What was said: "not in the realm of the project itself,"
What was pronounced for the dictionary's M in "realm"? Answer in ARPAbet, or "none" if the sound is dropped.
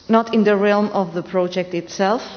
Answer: M